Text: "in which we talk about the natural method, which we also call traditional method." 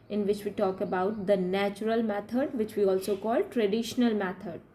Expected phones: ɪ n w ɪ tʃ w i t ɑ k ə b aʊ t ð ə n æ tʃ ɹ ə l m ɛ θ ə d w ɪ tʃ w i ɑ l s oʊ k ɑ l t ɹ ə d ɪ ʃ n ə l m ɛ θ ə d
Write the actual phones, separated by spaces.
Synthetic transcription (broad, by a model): ɪ n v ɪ tʃ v i t ɑ k ə b aʊ t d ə n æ tʃ ɹ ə l m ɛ t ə d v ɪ tʃ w i ɑ l s oʊ k ɑ l t ɹ ə d ɪ ʃ n ə l m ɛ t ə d